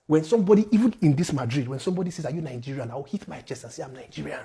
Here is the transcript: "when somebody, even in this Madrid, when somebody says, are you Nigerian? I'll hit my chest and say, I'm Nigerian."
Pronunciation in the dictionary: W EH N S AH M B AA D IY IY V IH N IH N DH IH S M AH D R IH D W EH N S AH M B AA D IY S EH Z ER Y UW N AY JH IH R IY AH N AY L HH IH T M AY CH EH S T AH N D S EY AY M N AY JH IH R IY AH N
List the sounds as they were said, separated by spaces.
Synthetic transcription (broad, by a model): W EH N S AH M B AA D IY IY V IH N IH N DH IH S M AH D R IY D W EH N S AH M B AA D IY S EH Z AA Y UW N AY JH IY R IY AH N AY W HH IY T M AY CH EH S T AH N S EY AY M N AY JH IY R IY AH N